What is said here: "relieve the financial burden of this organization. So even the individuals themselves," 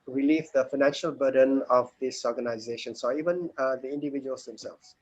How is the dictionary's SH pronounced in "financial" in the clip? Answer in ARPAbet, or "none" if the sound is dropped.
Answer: SH